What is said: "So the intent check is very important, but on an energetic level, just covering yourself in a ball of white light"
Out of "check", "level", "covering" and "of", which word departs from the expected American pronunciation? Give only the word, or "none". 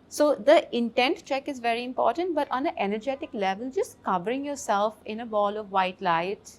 none